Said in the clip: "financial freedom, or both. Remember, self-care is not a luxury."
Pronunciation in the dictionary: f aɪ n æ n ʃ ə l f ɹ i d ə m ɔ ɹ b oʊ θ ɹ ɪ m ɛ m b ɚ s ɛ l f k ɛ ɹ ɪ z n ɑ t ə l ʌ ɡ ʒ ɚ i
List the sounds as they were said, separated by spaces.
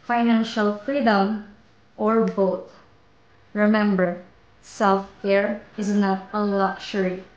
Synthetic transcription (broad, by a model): f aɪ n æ n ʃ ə l f ɹ i d ə m ɔ ɹ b oʊ t ɹ ɪ m ɛ m b ɚ s ɛ l f k ɛ ɹ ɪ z n ɑ t ə l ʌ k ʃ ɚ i